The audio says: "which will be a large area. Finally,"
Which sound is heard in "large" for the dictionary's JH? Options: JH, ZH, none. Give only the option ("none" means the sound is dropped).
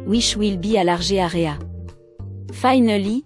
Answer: ZH